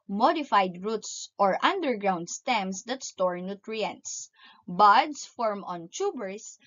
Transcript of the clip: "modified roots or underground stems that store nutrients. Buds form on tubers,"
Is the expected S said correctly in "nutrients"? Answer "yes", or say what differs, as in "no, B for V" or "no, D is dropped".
yes